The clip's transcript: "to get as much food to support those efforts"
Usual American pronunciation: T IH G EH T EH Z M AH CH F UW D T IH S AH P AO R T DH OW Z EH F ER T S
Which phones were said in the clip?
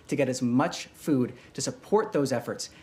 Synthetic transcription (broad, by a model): T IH G EH T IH Z M AH CH F UW D T IH S AH P AO R T DH OW Z EH F ER T S